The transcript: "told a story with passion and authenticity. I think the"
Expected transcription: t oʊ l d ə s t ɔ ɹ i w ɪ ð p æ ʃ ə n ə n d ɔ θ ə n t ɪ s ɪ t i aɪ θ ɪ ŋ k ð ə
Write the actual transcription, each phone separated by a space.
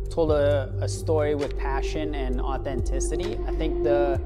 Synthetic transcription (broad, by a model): t oʊ l d ə s t ɔ ɹ i w ɪ ð p æ ʃ ə n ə n ɔ θ ə n t ɪ s ɪ t i aɪ θ ɪ ŋ k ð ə